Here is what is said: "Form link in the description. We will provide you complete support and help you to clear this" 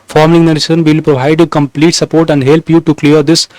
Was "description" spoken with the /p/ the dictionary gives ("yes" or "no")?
no